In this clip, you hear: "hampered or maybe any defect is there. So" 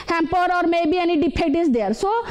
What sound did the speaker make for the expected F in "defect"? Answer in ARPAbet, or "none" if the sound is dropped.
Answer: P